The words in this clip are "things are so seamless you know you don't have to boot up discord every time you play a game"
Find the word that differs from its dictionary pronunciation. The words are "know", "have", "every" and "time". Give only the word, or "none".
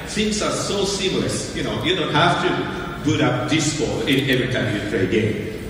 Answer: have